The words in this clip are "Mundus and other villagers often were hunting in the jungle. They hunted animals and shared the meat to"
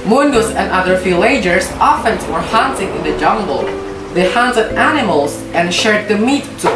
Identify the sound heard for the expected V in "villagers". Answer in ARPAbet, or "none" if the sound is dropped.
F